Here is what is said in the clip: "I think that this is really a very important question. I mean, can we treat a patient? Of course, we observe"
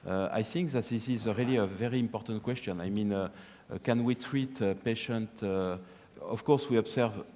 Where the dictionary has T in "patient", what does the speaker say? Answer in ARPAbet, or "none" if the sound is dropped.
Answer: T